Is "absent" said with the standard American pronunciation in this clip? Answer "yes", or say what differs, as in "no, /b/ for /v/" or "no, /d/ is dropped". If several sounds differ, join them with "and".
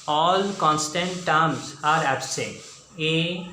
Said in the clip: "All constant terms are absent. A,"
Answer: no, /n/ is dropped